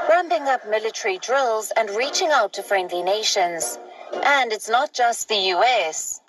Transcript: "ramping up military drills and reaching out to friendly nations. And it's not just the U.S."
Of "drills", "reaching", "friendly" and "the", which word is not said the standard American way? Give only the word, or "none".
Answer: none